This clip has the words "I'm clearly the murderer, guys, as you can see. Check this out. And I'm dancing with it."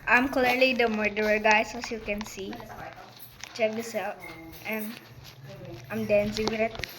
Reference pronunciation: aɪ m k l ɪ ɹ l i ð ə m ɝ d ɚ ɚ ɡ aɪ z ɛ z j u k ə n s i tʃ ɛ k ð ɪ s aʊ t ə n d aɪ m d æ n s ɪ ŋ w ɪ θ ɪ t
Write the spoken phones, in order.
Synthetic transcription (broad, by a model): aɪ m k l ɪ ɹ l i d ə m ɝ d ɚ ɚ ɡ aɪ s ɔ s j u k ə n s i tʃ ɛ k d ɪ s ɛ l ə n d aɪ m d æ n s ɪ ŋ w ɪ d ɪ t